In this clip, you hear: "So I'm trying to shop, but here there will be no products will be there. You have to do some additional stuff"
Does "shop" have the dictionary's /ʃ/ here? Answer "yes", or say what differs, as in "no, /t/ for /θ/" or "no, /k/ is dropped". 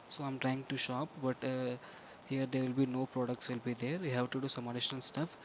yes